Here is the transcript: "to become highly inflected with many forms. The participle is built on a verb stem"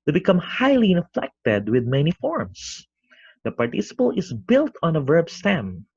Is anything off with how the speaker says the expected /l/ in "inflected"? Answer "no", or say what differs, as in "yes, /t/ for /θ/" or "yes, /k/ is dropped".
no